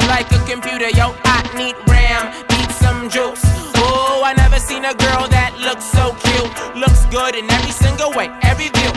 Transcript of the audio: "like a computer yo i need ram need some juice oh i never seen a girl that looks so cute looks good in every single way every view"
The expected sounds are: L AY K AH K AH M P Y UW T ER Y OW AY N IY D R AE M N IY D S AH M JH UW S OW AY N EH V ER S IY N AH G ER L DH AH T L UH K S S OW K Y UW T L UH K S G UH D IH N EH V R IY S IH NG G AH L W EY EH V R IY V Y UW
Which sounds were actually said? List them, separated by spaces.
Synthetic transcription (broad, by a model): L AY K AH K AH M P Y UW T ER Y OW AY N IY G R AE M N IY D S AH M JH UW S OW AY N EH V ER S IY N AH G ER L DH AH T L UH K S S OW K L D L UH K S G UH D IH N EH V R IY S IH NG G L W EY EH V R IY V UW